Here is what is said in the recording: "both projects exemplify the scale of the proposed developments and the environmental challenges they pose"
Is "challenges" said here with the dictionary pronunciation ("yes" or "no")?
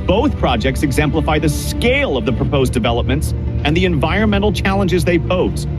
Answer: yes